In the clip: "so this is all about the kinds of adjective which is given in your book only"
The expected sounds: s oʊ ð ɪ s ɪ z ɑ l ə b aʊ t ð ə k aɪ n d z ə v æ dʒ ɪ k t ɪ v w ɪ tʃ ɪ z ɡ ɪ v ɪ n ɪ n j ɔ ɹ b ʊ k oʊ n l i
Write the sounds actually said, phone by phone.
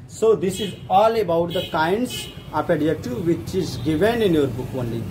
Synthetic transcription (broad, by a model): s oʊ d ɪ s ɪ z ɑ l ə b aʊ t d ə k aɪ n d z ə p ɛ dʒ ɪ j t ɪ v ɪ tʃ ɪ z ɡ ɪ v ɪ n ɪ n j ɔ ɹ b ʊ k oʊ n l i